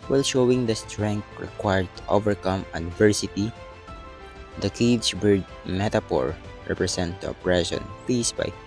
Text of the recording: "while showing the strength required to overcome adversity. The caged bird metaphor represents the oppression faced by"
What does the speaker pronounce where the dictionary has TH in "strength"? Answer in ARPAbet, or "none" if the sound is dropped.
T